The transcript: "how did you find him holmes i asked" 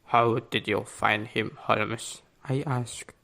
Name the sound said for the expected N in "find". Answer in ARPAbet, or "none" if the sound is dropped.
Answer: N